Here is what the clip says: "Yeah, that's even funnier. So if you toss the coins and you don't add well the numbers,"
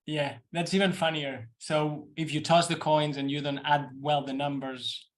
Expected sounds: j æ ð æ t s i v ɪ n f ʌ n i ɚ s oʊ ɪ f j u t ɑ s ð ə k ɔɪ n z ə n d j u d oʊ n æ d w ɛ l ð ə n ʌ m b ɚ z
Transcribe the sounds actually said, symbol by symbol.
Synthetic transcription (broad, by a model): j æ ð æ t s i v ɪ n f ʌ n i ɚ s oʊ ɪ f j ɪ t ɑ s ð ə k ɔɪ n z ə n j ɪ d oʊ n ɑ d w ɛ l ð ə n ʌ m b ɚ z